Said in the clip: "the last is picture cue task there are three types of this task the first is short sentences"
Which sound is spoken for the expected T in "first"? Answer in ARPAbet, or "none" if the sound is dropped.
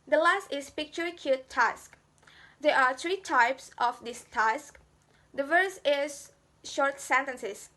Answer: none